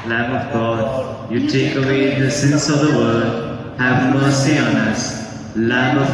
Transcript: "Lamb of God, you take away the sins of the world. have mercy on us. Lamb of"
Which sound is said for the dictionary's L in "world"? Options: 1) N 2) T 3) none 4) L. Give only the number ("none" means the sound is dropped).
3